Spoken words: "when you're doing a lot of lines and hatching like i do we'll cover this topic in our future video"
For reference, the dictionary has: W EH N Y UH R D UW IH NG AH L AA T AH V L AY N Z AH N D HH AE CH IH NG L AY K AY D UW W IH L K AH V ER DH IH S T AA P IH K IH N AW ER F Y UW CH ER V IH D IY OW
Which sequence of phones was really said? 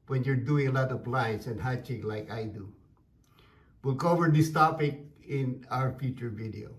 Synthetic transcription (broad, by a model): W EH N Y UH R D UW IH NG AH L AA T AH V L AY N S AH N D HH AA CH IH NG L AY K AY D UW W IH L K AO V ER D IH S T AA P IH K IH N AW ER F Y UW CH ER V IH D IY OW